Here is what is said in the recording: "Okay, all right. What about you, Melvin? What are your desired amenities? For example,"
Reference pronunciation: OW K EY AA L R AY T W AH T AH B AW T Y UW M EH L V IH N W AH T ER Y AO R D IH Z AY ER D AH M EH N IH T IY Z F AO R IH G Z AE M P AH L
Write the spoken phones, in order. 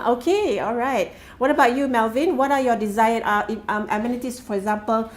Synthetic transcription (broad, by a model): OW K EY AA L R AY T W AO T AH B AW T Y UW M EH L V IH N W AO T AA Y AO D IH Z AY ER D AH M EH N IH T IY S F AO R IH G Z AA M P AH L